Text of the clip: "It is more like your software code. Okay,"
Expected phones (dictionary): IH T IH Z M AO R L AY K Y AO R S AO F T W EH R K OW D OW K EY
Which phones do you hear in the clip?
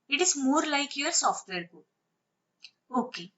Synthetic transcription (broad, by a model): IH T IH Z M AO R L AY K Y AO R S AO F T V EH R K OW OW K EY